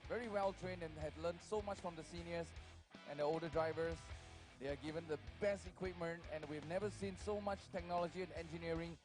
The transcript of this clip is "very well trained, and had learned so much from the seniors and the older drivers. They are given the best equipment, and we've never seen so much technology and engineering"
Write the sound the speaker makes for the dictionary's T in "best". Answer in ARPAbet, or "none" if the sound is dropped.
T